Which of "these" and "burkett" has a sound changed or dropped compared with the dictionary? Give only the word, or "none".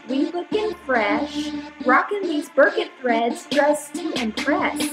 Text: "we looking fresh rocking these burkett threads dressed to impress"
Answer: none